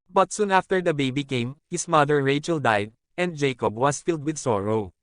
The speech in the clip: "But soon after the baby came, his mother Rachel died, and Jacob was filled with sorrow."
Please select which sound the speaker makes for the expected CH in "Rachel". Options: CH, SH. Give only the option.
CH